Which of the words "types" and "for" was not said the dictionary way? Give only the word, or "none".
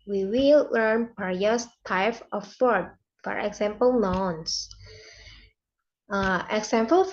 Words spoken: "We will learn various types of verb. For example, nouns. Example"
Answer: types